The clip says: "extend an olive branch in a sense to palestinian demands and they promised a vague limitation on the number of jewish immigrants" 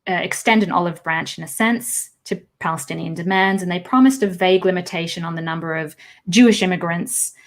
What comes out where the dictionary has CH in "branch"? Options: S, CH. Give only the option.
CH